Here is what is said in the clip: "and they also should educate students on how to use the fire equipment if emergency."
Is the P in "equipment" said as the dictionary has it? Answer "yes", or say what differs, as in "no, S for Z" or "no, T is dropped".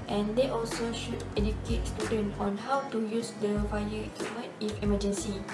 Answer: no, P is dropped